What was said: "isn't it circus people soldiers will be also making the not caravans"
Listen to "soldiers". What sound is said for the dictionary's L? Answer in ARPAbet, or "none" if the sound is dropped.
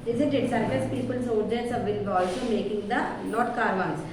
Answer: none